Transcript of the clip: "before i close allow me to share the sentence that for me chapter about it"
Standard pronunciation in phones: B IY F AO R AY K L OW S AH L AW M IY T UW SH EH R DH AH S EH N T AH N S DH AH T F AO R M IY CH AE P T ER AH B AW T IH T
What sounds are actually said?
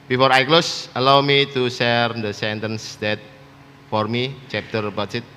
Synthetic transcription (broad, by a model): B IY F AO R AY K L OW S AH L AW M IY T UW S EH R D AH S EH N T AH N S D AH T F AO R M IY CH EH P T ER B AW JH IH T